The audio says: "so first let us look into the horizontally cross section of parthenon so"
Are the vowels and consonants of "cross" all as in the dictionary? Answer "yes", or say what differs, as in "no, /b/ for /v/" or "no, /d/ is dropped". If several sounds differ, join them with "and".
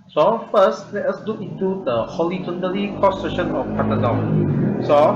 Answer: no, /ɹ/ is dropped